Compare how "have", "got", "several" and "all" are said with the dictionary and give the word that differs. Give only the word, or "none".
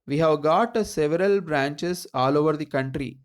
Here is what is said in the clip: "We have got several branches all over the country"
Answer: none